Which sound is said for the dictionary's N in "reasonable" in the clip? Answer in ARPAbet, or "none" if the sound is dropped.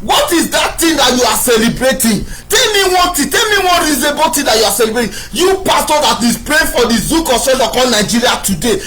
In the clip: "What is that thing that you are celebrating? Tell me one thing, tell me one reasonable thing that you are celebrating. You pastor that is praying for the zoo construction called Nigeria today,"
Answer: none